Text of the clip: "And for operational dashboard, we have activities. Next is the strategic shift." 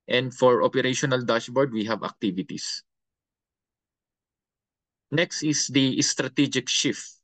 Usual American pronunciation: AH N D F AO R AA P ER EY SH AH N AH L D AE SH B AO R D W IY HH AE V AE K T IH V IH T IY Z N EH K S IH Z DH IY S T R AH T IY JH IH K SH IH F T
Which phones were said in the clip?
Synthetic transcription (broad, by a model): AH N D F AO R AA P ER EY SH AH N AH L D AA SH B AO R D W IY HH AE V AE K T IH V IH T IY S N EH K S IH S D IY S T R AH T IY JH IH K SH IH F T